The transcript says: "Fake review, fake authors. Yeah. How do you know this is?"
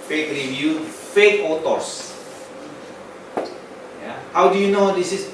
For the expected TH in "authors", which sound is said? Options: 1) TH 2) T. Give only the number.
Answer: 2